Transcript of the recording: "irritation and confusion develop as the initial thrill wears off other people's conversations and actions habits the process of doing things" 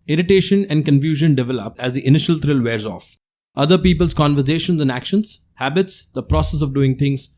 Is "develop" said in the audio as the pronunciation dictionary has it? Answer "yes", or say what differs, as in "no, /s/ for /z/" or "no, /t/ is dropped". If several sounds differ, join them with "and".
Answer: yes